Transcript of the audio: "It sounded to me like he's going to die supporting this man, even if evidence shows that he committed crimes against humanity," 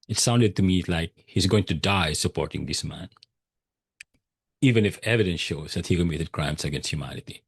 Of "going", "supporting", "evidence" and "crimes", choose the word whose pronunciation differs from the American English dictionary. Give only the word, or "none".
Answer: crimes